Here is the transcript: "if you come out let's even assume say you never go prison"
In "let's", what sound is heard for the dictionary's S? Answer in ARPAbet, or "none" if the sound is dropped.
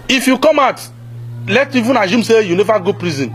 none